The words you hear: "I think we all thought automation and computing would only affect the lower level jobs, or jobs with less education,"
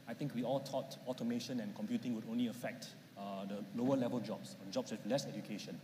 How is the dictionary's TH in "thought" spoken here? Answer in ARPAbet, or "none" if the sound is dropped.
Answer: T